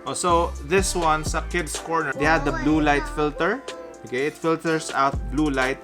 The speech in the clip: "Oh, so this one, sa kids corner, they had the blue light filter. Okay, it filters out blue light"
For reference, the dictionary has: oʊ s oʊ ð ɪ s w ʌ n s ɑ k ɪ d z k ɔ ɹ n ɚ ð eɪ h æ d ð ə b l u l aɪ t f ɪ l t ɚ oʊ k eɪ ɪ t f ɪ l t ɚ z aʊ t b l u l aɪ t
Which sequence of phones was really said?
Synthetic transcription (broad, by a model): oʊ s oʊ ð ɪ s w ʌ n s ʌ k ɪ d s k ɔ ɹ n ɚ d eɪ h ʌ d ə b l u l aɪ t f ɪ l t ɚ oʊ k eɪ ɪ t f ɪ l t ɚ s aʊ t b l u l aɪ t